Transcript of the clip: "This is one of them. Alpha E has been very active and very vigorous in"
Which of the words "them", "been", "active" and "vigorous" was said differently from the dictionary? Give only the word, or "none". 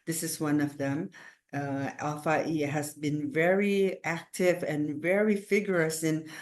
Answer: vigorous